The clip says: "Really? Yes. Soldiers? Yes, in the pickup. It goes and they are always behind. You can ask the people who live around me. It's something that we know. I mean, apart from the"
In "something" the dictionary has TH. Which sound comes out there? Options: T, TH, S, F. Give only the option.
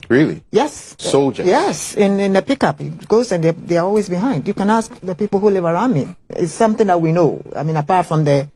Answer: TH